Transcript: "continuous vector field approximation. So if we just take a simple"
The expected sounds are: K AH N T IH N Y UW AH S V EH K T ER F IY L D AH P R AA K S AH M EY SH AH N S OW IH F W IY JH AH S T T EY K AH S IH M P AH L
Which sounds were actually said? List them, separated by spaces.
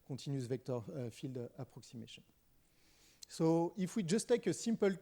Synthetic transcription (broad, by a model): K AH T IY N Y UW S V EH K T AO F IY L D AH P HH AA K S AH M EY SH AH N S OW IH F W IY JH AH S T T EY K AH S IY M P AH L